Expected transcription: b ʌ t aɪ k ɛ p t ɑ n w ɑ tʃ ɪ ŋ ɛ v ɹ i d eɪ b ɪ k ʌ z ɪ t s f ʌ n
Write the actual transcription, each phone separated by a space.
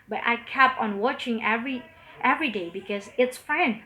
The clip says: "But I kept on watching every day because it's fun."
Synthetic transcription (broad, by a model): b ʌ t aɪ k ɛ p ɑ n w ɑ tʃ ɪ ŋ ɛ v ɹ i d eɪ b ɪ k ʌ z ɪ t s f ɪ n